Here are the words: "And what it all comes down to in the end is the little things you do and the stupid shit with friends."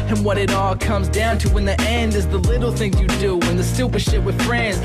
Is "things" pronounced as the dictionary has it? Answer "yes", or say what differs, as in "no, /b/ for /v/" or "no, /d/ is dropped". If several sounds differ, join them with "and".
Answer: no, /z/ is dropped